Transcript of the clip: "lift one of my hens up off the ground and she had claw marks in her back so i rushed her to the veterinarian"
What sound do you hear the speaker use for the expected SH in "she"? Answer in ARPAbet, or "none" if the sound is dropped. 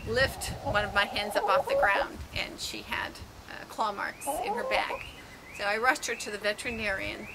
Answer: SH